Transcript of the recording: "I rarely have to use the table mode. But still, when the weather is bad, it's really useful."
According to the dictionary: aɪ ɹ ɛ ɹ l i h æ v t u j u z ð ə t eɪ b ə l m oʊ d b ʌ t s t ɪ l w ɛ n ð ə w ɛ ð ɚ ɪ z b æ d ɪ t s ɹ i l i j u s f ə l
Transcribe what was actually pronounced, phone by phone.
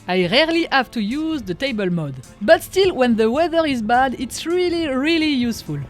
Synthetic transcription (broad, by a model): aɪ ɹ ɛ ɹ l i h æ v t u j u z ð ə t eɪ b ə l m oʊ d b ʌ t s t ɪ l w ɛ n ð ə w ɛ ð ɚ ɪ z b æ d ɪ t s ɹ i l i j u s f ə l